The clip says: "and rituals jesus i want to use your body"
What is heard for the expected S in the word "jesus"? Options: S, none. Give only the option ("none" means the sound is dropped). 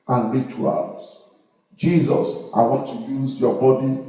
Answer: S